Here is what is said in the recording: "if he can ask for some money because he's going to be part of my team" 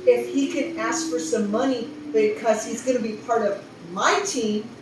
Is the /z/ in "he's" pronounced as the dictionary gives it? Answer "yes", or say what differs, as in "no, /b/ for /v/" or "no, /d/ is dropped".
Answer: yes